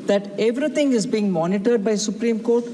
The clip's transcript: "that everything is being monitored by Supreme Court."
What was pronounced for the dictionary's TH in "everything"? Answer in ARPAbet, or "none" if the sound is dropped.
T